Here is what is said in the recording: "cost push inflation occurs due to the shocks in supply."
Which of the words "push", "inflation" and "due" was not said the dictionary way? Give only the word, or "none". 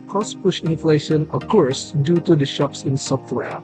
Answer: none